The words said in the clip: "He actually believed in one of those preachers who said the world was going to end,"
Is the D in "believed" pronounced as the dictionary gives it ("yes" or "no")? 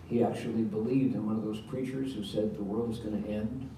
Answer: yes